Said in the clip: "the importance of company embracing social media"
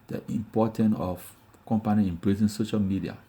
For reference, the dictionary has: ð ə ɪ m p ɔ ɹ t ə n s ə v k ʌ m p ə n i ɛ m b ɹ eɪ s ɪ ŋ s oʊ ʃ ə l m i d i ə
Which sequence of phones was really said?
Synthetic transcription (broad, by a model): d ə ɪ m p ɔ t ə n ə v k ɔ m p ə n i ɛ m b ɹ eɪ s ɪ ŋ s oʊ ʃ ə l m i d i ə